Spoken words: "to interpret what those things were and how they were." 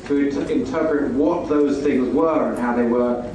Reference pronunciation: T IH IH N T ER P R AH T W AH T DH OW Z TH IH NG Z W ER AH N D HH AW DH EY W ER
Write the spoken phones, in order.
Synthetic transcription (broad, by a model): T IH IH N T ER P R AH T W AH T DH OW Z TH IH NG Z W ER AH N HH AW DH EY W ER